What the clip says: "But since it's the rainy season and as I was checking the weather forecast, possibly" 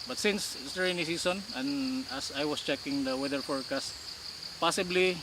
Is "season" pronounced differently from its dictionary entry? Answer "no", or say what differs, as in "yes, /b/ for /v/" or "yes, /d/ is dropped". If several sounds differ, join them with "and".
yes, /s/ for /z/